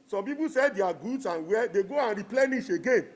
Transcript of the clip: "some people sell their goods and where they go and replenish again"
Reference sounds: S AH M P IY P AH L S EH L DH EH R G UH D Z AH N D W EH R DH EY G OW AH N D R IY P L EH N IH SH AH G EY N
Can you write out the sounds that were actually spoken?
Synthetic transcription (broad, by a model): S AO M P IY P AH S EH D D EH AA G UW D S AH N W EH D EY G OW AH N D R IY P L EH N IH SH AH G EY N